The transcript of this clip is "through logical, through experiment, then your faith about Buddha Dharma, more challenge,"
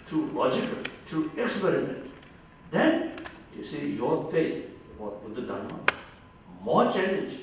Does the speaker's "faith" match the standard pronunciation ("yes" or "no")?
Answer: no